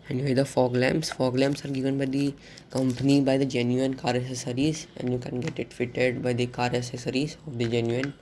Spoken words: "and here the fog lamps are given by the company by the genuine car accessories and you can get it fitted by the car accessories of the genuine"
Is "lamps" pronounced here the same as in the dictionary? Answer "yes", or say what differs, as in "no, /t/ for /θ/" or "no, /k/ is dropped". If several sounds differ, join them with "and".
no, /f/ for /p/